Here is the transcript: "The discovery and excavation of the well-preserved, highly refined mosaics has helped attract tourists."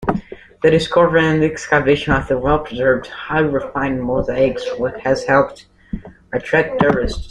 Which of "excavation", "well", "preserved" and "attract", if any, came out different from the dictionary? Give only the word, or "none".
attract